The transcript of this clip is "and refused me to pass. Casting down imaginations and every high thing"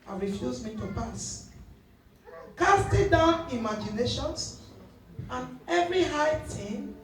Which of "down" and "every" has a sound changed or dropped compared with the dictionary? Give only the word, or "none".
none